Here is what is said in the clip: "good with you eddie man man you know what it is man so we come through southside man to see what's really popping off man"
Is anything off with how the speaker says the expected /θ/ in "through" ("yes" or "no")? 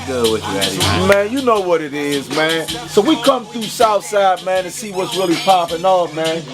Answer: no